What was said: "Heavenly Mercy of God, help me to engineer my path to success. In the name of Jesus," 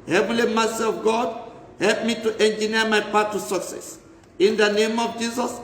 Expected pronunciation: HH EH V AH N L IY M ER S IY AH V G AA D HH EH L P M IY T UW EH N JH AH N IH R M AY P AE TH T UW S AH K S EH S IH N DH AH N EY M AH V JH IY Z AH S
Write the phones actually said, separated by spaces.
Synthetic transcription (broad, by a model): HH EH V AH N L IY M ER S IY AH V G AA D HH EH L P M IY T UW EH N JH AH N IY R M AY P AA T UW S AH K S EH S IH N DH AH N EY M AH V JH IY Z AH S